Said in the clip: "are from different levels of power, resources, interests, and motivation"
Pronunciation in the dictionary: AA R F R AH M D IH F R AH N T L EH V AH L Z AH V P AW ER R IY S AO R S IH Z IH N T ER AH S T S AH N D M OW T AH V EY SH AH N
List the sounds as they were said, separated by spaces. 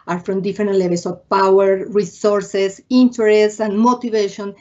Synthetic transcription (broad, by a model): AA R F R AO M D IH F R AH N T L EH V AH L S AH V P AW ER R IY S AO R S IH S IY N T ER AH S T AH N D M OW T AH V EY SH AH N